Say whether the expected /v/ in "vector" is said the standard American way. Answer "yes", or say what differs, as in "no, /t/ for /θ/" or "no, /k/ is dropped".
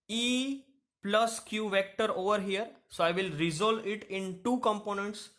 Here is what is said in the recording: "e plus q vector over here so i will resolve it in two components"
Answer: yes